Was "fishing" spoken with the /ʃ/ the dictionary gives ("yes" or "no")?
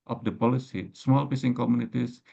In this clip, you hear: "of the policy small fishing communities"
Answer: no